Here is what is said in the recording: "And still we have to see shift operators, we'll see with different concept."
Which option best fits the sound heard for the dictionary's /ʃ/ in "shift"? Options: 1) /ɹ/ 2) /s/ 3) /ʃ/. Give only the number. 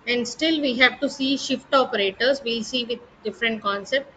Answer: 3